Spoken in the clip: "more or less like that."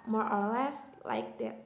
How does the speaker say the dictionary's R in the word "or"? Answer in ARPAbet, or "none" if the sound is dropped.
R